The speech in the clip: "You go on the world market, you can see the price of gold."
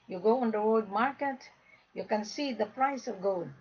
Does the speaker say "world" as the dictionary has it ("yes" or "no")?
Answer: no